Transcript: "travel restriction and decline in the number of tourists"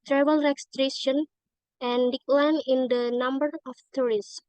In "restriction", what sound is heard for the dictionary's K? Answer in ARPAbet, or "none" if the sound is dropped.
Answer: none